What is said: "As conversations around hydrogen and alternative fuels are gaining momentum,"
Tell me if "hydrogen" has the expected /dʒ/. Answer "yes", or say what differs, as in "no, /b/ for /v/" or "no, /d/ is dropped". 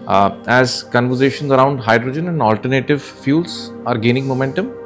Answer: yes